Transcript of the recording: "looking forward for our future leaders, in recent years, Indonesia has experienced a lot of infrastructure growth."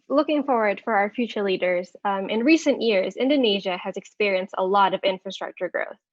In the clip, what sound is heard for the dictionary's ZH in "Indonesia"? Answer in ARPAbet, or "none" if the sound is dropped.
ZH